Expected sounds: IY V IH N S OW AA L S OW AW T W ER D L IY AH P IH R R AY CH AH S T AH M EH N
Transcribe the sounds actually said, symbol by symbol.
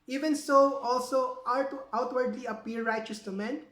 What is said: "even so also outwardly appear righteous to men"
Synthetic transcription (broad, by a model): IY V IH N S OW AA L S OW AW T W ER D L IY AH P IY L R AY CH AH S T AH M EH N